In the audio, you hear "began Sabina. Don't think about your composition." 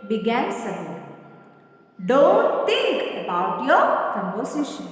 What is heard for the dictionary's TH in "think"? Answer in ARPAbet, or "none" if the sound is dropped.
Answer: T